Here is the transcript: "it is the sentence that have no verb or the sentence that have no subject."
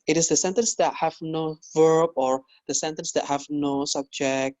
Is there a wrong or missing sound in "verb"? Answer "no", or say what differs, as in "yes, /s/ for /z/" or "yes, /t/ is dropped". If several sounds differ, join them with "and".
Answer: no